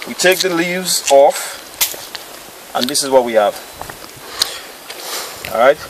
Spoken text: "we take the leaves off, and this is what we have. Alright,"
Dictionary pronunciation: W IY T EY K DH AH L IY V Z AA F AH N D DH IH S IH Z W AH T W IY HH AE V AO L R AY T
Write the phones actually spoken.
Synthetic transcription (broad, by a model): W IY T EY K DH AH L IY V Z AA F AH N DH IH S IH Z W AH T W IY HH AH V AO R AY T